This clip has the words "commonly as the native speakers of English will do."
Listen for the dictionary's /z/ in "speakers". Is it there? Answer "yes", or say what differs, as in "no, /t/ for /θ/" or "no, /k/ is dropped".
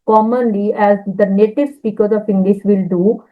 no, /z/ is dropped